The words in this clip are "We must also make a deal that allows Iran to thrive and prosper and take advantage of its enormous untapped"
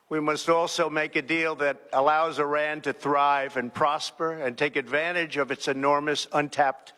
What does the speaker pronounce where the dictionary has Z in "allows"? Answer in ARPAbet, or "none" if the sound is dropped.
Z